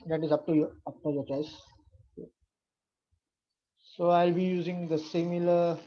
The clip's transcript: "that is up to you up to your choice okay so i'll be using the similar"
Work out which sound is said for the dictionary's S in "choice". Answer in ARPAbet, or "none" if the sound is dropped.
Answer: none